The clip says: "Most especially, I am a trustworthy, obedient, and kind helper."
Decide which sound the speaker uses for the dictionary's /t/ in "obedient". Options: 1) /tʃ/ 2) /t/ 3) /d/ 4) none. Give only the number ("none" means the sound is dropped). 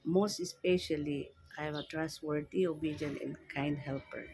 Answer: 4